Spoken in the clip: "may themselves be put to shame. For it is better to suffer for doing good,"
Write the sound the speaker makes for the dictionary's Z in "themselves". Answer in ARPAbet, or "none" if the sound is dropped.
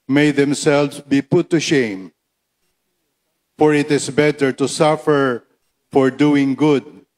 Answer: S